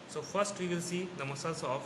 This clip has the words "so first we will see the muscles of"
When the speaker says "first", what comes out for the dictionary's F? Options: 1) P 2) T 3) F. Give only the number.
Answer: 1